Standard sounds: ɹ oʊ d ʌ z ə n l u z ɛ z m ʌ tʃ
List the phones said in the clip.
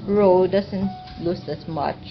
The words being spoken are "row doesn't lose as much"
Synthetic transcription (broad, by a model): ɹ oʊ d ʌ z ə n l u s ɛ s m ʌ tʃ